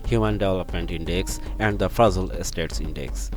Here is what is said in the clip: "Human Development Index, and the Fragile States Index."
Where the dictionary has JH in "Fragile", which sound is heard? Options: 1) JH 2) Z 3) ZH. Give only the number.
2